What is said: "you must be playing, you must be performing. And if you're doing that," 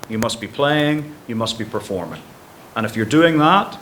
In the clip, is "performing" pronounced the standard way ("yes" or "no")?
yes